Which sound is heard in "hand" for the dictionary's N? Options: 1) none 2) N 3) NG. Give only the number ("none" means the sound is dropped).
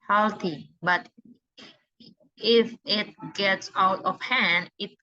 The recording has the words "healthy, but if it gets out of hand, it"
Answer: 2